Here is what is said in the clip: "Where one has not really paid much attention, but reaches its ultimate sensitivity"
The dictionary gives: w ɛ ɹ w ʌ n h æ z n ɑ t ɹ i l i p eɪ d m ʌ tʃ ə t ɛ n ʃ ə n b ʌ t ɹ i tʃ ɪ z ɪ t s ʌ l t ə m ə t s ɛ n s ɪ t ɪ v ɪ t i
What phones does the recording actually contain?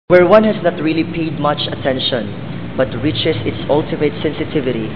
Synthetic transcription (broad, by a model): w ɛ ɹ w ʌ n h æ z n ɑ t ɹ i l i p eɪ d m ʌ tʃ ə t ɛ n ʃ ə n b ʌ t ɹ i tʃ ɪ s ɪ t s ʌ l t ə m ə t s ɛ n s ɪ t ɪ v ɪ t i